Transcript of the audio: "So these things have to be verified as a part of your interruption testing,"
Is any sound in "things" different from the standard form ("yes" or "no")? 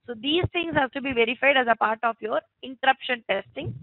yes